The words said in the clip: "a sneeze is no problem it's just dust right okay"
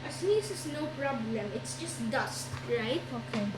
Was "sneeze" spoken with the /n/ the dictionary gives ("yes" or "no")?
no